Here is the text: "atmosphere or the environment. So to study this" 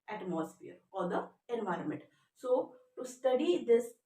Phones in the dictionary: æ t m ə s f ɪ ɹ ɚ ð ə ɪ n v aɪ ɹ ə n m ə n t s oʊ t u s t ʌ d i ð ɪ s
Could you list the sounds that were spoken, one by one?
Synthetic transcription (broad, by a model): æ t m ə s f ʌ ɹ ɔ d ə ɪ n v aɪ ɹ ə n m ə n t s oʊ t u s t ʌ d i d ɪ s